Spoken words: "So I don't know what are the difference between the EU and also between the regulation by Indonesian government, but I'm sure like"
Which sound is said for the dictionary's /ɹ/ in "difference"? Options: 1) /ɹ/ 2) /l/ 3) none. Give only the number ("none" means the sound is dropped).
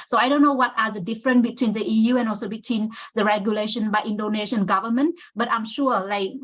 1